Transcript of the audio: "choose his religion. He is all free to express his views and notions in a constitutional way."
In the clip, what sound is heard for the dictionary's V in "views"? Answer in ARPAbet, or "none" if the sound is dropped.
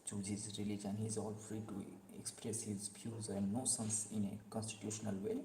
P